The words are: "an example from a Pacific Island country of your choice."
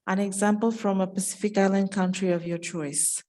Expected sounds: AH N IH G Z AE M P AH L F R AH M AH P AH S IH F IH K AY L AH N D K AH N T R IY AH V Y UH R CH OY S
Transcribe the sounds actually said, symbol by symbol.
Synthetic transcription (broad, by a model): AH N IH G Z AE M P AH L F R AH M AH P AH S IH F IH K AY L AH N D K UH N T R IY AH V Y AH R CH OY S